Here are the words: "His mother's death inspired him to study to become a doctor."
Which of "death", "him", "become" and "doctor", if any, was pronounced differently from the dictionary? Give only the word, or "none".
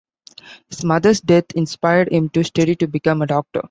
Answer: death